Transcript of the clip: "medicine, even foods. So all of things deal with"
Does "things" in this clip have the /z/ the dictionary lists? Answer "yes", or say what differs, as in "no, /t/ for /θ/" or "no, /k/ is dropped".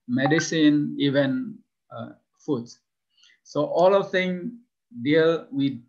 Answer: no, /z/ is dropped